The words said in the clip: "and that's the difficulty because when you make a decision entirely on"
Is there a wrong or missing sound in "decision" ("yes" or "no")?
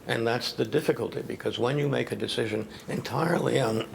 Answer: no